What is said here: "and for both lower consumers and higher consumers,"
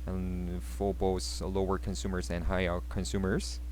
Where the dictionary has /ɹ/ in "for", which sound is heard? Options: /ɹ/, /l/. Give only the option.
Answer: /l/